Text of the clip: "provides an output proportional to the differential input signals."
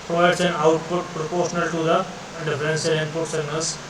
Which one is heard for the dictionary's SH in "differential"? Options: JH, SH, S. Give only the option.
S